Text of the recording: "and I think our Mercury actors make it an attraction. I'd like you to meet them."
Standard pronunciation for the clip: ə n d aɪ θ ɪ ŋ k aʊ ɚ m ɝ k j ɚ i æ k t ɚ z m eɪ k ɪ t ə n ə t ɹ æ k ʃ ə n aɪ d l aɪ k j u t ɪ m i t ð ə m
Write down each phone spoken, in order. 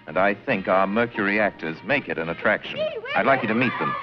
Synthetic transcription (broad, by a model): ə n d aɪ θ ɪ ŋ k aʊ ɚ m ɝ k j ɚ i æ k t ɚ z m eɪ k ɪ t ə n ə t ɹ æ k ʃ ə n aɪ d l aɪ k j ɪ t ɪ m i t ð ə m